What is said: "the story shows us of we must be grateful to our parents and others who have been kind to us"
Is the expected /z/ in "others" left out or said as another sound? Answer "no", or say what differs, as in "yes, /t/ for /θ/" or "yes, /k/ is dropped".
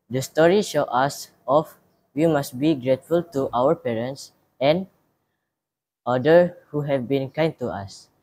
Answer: yes, /z/ is dropped